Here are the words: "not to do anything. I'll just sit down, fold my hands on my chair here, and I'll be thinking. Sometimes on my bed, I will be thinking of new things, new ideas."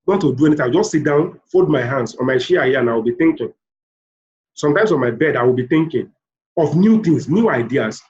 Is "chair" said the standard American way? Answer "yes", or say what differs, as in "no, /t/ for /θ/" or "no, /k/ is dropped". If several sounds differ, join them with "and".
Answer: no, /ʃ/ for /tʃ/